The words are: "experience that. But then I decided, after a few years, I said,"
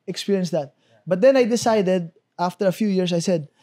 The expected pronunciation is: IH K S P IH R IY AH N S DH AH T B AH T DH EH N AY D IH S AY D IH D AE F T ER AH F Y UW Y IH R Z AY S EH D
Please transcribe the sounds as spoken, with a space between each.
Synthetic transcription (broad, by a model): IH K S P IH R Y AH N S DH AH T B AH T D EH N AY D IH S AY D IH D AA F T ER AH F Y UW Y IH R S AY S EH D